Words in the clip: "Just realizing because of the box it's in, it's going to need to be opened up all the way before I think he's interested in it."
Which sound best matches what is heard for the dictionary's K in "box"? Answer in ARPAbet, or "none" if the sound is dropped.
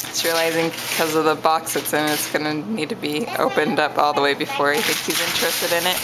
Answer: K